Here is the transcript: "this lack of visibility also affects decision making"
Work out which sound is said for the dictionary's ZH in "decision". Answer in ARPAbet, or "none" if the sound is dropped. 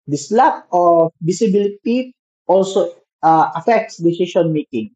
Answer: S